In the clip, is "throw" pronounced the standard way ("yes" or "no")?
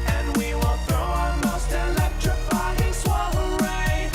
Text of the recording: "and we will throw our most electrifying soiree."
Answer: yes